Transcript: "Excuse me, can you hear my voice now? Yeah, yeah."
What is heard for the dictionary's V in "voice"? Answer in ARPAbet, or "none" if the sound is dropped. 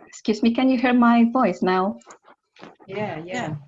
V